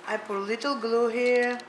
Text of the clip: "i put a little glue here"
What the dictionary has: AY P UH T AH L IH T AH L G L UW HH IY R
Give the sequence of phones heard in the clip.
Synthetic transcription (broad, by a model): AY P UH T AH L IH T AH L G L UW HH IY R